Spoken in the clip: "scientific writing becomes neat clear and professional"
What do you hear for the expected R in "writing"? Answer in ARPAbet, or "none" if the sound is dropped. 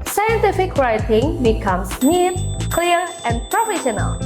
R